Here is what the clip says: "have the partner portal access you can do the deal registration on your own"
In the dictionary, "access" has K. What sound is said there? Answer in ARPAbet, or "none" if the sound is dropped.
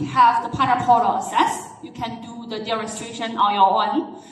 none